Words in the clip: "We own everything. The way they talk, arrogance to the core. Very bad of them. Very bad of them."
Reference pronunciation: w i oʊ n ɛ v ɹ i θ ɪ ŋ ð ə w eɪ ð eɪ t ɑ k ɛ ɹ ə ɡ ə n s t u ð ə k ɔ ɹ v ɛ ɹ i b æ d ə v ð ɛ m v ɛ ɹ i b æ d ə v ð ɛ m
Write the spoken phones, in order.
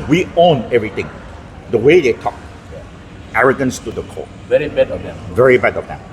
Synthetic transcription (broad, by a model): w i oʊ n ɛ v ɹ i t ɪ ŋ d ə w eɪ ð eɪ t ɑ k ɛ ɹ ə ɡ ə n s t u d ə k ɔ v ɛ ɹ i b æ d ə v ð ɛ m v ɛ ɹ i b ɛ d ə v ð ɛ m